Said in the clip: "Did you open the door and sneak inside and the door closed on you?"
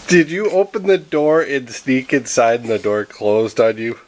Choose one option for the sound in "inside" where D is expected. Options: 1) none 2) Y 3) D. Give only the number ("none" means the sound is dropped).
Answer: 1